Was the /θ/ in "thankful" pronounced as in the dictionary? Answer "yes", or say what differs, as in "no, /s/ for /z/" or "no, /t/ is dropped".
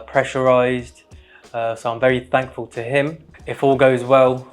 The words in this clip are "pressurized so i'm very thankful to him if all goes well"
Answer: yes